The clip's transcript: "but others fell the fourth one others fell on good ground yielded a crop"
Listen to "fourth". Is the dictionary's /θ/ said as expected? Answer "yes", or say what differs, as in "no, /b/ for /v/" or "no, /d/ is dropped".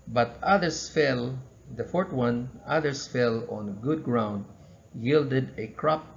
no, /t/ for /θ/